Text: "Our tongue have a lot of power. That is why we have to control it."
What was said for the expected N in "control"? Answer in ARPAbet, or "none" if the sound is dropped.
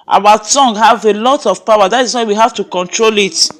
N